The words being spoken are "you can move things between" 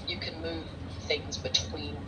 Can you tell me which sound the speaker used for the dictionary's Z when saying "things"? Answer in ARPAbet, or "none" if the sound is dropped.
Z